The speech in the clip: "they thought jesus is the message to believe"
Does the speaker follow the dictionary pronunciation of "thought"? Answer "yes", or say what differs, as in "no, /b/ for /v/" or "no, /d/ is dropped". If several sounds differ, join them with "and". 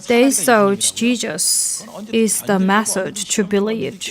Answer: no, /s/ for /θ/